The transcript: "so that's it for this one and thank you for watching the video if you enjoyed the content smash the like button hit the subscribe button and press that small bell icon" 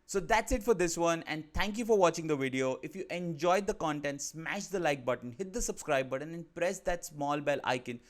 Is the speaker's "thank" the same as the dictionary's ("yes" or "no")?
no